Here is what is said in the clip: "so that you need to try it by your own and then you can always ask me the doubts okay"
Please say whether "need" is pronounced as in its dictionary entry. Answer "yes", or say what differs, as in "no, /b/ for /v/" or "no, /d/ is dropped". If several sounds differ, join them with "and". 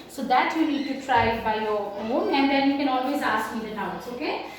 no, /l/ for /n/